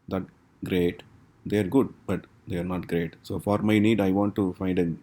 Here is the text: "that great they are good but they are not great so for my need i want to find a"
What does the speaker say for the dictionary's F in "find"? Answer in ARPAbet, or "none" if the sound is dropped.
F